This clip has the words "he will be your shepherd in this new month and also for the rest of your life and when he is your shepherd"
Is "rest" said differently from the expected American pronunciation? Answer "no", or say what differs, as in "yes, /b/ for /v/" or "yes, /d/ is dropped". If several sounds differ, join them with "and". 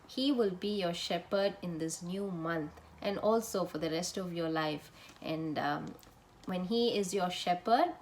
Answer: no